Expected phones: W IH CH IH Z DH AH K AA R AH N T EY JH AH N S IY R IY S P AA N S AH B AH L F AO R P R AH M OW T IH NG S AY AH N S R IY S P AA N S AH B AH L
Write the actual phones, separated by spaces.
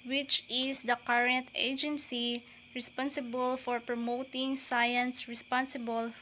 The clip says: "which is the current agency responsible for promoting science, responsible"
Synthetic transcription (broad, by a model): W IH CH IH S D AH K AA R AH N T EY JH AH N S IY R IY S P AA N S AH B AH L F AO R P R AH M OW T IH NG S AY AH N S R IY S P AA N S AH B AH L